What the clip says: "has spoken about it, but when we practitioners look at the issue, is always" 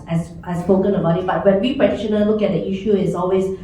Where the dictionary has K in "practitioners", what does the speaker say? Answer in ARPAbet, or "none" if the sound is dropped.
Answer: none